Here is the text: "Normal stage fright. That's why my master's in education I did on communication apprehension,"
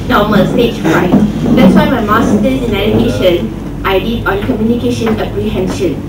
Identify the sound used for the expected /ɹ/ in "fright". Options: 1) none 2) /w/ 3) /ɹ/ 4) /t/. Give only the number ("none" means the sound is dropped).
1